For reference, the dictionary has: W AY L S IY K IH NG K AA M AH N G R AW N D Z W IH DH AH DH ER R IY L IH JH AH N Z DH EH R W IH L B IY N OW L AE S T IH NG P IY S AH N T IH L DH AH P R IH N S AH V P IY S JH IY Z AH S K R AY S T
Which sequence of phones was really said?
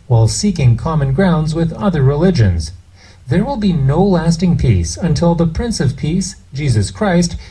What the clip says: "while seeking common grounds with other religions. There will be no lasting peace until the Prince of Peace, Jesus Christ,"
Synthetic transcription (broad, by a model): W AY L S IY K IH NG K AA M AH N G R AW N D Z W IH DH AH DH ER R IY L IH JH AH N Z DH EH R W IH L B IY N OW L AE S T IH NG P IY S AH N T IH L DH AH P R IH N S AH V P IY S JH IY Z AH S K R AY S T